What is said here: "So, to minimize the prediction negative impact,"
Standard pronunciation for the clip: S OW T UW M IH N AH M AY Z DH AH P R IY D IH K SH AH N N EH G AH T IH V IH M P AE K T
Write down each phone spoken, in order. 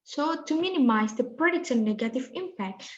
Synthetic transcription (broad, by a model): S OW T UW M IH N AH M AY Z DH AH P R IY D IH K S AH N N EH G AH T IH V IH M P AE K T